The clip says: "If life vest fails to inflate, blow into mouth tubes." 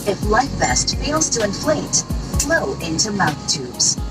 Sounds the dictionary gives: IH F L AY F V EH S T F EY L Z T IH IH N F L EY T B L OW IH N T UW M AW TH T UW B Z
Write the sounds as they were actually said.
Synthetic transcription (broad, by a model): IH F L AY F B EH S T F EY L Z T IH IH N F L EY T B L OW IH N T UW M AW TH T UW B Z